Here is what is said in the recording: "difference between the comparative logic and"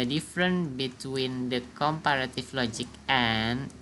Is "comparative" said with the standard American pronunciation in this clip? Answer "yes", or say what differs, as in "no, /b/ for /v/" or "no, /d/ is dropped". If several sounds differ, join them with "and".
no, /f/ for /v/